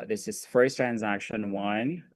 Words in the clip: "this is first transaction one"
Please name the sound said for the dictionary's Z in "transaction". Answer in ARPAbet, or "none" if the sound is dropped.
Z